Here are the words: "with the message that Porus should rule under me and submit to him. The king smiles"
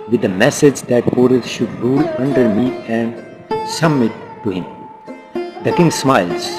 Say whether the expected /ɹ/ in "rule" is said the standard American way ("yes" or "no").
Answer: yes